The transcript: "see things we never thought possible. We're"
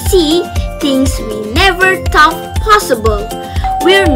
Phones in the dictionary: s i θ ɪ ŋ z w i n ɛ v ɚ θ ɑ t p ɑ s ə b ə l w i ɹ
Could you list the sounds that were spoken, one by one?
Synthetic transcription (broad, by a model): s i t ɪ ŋ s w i n ɛ v ɚ t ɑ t p ɑ s ə b ə l w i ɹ